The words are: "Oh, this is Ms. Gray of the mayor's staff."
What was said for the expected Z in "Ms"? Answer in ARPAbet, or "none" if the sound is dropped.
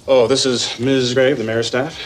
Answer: Z